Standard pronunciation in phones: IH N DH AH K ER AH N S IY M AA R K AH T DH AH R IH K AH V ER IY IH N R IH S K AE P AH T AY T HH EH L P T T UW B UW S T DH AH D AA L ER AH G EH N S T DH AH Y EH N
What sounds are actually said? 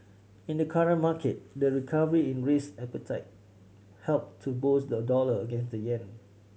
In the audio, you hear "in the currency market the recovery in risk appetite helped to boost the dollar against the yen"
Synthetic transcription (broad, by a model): IH N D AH K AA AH N M AA K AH T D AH R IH K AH V ER IY IH N R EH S AE P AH T AY T HH EH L P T T UW B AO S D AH D AA L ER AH G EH N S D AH Y EH N